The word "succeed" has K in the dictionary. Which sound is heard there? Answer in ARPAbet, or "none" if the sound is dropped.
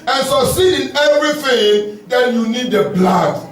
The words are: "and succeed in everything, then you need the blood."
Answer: none